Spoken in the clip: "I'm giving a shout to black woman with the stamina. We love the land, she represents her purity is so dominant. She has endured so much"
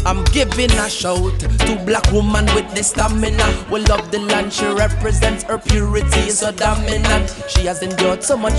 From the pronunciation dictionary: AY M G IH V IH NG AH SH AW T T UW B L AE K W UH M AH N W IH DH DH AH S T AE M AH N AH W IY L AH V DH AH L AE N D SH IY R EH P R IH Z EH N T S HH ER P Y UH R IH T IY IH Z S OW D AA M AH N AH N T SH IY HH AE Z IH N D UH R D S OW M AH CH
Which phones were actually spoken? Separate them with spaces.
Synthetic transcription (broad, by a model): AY M G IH V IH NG AH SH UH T T UW B L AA K W UH M AH N W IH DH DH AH S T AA M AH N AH W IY L AH V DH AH L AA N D SH IY R EH P R IH Z EH N T S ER P Y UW R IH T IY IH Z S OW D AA M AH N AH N SH IY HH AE Z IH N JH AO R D S OW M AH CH